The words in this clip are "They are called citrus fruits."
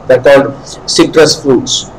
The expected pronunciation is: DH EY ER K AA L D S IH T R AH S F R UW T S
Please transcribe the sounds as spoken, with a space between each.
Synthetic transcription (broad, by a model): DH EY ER K AA L D S IH T R AH S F R UW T S